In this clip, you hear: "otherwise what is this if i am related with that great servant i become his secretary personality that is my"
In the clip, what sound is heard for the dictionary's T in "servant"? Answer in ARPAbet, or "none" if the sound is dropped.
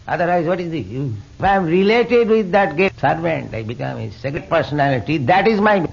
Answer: T